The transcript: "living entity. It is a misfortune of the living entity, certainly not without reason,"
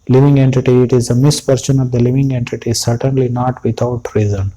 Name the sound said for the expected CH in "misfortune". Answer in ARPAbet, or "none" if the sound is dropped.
S